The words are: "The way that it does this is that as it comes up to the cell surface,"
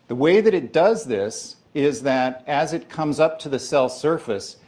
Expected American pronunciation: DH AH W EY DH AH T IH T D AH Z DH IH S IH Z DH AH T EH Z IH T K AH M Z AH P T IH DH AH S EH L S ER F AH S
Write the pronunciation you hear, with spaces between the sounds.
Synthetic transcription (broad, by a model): DH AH W EY DH AH T IH T D AH Z DH IH S IH Z DH AH T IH Z IH T K AH M Z AH P T IH DH AH S EH L S ER F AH S